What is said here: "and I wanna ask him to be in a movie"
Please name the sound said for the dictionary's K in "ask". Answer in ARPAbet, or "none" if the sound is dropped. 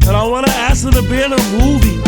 none